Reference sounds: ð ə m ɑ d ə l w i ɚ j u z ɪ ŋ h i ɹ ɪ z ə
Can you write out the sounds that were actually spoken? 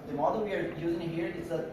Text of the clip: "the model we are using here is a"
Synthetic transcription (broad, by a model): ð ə m ɑ d ə l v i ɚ j u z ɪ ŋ h i ɹ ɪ s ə